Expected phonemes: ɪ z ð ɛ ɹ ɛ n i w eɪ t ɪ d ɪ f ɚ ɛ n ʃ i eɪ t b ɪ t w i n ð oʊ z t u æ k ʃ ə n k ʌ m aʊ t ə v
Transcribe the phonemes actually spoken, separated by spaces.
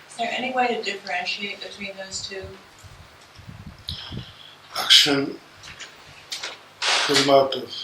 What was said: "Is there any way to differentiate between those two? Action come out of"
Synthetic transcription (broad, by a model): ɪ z ð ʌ ɹ ɛ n i w eɪ t ɪ d ɪ f ɚ ɛ n ʃ i eɪ t b ɪ t w i n ð oʊ z t u æ k ʃ ə n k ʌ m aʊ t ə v